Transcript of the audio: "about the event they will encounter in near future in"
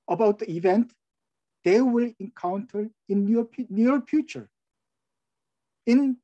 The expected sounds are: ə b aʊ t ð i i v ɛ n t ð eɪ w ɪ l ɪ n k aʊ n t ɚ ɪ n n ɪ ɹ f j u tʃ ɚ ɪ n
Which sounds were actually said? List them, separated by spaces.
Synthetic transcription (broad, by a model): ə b aʊ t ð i i v ɛ n t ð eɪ w ɪ l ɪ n k aʊ n t ɚ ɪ n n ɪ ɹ f j u tʃ ɚ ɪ n